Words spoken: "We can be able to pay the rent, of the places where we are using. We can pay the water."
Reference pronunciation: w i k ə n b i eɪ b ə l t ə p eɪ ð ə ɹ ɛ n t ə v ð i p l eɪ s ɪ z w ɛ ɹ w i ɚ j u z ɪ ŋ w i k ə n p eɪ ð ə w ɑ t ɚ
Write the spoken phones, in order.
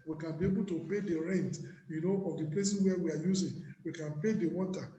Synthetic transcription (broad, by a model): w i k ə n b i eɪ b ə l t ə p eɪ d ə ɹ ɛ n t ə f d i p l eɪ s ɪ s w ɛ w i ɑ j u z ɪ ŋ w i k ə n p eɪ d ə w ɑ t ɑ